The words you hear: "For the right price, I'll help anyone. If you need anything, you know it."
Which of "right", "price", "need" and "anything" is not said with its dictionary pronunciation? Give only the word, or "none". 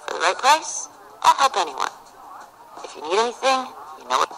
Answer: price